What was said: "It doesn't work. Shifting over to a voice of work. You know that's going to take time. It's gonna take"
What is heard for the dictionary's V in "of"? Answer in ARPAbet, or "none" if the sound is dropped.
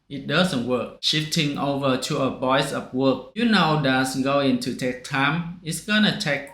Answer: P